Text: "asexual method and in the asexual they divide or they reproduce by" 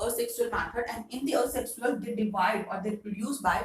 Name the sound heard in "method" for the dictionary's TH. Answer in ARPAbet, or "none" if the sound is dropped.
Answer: F